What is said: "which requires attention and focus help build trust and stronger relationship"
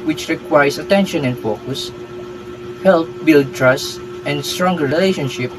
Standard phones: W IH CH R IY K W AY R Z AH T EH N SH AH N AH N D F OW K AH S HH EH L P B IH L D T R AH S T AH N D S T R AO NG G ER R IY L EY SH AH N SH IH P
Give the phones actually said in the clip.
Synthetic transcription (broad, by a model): W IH CH R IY K W AY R S AH T EH N SH AH N AH N D F OW K AH S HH EH L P B IH L D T R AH S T AH N D S T R AO NG G ER R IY L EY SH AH N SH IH P